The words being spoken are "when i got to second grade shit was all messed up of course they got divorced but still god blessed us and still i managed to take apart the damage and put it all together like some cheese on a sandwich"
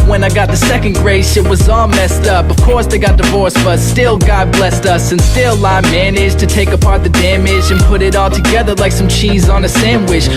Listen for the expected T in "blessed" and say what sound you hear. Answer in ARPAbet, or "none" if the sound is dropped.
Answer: T